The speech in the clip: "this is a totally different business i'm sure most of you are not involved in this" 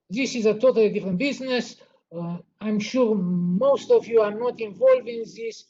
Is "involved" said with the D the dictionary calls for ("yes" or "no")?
no